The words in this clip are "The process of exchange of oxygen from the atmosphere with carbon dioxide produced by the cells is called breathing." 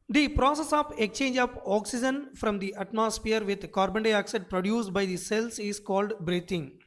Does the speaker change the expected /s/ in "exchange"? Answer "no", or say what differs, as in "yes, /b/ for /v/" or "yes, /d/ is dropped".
yes, /s/ is dropped